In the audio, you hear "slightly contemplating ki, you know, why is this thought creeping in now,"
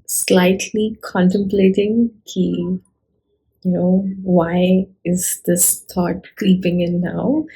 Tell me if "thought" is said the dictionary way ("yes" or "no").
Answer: no